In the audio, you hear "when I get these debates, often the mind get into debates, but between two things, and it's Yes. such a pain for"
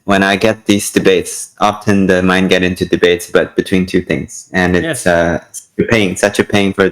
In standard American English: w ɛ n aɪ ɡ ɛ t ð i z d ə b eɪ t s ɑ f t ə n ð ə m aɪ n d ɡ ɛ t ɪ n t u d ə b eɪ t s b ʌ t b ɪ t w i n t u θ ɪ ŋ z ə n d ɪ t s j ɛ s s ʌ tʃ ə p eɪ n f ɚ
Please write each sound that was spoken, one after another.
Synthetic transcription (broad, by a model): w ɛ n aɪ ɡ ɛ t ð i z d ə b eɪ t s ɑ f t ə n ð ə m aɪ n ɡ ɛ t ɪ n t u d ə b eɪ t s b ʌ t b ɪ t w i n t u θ ɪ ŋ z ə n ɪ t s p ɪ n s ʌ tʃ ə p eɪ n f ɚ